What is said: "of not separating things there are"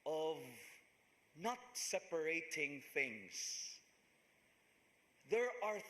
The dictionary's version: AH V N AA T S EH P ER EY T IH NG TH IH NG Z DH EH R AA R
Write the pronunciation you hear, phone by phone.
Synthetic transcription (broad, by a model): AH V N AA T S EH P ER EY T IH NG TH IH NG Z DH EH R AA R